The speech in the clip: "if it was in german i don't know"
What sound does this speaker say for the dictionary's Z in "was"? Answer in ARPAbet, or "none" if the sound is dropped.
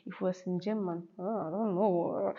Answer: S